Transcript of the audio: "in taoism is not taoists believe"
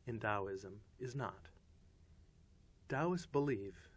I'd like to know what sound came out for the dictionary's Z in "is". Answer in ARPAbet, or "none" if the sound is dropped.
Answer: Z